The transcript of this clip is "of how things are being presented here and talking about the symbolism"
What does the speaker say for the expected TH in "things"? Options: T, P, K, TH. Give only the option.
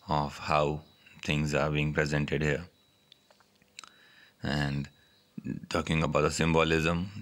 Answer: T